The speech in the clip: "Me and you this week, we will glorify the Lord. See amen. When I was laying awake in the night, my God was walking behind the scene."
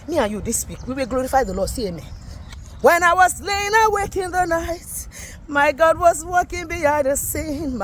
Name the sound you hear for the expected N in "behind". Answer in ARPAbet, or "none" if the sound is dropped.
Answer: none